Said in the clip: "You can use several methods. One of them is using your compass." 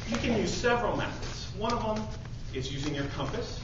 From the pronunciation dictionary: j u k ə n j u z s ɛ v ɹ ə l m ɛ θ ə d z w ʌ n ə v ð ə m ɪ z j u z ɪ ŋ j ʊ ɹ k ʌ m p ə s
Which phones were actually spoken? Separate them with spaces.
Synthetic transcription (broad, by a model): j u k ə n j u z s ɛ v ɹ ə l m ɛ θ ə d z w ʌ n ə v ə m ɪ z j u z ɪ ŋ j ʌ ɹ k ʌ m p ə s